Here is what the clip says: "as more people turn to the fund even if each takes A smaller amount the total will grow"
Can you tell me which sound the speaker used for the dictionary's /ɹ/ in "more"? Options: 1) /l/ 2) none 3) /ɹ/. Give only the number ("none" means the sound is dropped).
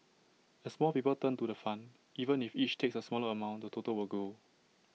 1